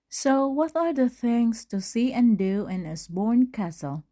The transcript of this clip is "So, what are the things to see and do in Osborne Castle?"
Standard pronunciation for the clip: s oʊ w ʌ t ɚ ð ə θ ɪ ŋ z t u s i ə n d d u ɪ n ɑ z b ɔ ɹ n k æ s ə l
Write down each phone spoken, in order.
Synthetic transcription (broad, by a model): s oʊ w ʌ t ɚ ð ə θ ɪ ŋ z t u s i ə n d d u ɪ n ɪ s b ɔ ɹ n k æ s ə l